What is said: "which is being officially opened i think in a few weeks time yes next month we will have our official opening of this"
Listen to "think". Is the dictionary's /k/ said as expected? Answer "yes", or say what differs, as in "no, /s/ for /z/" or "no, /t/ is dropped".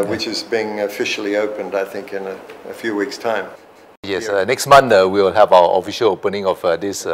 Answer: yes